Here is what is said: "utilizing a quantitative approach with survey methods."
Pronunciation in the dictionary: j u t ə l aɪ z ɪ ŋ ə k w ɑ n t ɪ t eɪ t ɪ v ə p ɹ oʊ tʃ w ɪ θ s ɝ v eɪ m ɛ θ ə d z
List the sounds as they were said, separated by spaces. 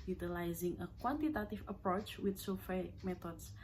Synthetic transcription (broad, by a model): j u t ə l aɪ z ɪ ŋ ə k w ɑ n t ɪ t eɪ t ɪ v ə p ɹ oʊ tʃ w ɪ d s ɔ f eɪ m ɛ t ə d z